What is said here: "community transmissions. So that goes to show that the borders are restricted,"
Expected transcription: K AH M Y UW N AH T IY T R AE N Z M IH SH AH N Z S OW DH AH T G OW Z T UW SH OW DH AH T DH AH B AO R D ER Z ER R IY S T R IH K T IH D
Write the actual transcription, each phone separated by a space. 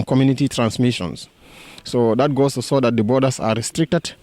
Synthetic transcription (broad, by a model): K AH M Y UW N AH T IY T R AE N S M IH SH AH N S OW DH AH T G OW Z T UW S OW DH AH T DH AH B AO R D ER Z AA R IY S T R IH K T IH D